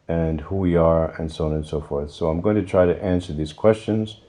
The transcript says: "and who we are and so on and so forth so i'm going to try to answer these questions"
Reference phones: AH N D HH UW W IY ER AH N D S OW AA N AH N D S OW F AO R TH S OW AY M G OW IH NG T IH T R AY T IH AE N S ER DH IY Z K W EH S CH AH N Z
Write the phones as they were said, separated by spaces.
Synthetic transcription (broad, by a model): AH N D HH UW W IY ER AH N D S OW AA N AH N S OW F AO R TH S OW AY M G OW IH NG T IH T R AY T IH AE N S ER DH IY Z K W EH S CH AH N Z